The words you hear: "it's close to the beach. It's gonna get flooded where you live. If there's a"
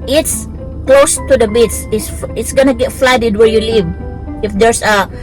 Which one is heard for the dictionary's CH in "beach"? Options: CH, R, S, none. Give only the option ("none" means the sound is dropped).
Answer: S